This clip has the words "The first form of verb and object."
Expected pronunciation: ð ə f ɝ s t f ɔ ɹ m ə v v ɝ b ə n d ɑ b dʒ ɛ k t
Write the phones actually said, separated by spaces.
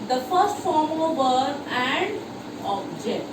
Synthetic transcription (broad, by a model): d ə f ɝ s t f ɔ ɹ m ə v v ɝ ə n d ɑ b dʒ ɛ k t